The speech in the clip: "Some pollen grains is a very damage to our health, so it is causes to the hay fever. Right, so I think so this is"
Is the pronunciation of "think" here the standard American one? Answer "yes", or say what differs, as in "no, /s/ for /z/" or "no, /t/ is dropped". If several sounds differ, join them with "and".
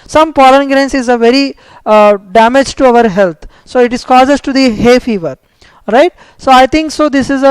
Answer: no, /t/ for /θ/